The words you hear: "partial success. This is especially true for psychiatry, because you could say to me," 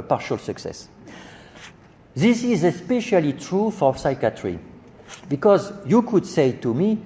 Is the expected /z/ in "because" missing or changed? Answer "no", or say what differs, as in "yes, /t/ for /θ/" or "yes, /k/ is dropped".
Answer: no